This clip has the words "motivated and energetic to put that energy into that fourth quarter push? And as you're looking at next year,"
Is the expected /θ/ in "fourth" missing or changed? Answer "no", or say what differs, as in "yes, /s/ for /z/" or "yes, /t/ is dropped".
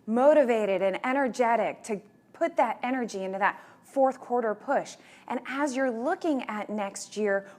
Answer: no